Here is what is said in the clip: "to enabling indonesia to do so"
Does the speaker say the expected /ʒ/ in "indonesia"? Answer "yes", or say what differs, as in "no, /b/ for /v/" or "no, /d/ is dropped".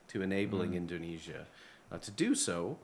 yes